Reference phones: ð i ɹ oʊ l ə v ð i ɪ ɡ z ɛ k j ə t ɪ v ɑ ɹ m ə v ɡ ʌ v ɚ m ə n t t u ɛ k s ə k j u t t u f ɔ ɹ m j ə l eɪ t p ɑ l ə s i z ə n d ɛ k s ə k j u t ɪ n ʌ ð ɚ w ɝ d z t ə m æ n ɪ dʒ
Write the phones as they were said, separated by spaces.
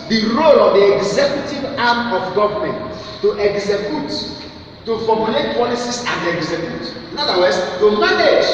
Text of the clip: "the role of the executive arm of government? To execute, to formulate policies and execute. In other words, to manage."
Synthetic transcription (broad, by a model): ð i ɹ oʊ l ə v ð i ɪ ɡ z ɛ k j ə t ɪ v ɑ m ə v ɡ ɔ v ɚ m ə n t t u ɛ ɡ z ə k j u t t u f ɔ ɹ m j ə l eɪ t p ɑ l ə s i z ə n d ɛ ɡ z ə k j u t ɪ n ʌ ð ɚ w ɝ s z t ə m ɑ n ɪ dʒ